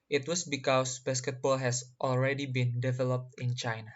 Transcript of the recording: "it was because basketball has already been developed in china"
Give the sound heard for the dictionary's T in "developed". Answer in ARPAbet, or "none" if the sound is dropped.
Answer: T